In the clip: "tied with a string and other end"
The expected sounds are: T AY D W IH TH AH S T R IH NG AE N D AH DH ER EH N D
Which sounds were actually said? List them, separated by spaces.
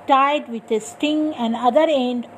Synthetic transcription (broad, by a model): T AY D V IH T AH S T IH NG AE N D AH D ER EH N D